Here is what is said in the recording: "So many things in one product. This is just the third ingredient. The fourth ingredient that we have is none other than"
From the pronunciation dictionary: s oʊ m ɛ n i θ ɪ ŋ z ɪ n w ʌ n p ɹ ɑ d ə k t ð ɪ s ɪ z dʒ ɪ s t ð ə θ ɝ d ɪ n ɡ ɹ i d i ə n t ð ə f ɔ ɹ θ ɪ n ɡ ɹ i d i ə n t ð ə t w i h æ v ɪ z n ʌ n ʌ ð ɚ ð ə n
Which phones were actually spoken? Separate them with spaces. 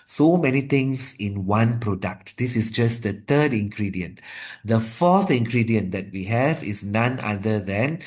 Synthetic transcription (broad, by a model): s oʊ m ɛ n i t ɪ ŋ s ɪ n w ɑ n p ɹ ɑ d ə k t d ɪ s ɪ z dʒ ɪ s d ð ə t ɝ d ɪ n ɡ ɹ i d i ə n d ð ə f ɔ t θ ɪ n ɡ ɹ i d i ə n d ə t w i h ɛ v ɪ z n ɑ n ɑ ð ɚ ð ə n